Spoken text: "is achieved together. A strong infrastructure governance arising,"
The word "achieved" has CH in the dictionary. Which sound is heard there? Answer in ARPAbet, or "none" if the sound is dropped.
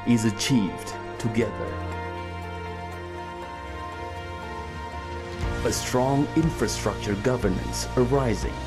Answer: CH